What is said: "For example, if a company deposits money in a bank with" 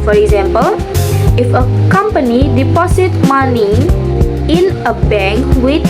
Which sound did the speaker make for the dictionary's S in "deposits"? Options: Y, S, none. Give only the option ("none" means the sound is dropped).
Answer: none